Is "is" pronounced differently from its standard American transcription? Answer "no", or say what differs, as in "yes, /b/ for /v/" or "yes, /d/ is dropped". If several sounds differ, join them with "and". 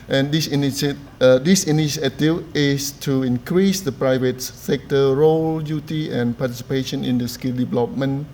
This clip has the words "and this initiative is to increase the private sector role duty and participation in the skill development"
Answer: yes, /s/ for /z/